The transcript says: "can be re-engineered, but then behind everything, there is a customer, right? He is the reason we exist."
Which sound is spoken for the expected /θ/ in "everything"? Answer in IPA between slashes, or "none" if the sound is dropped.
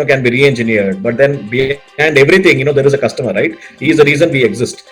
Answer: /t/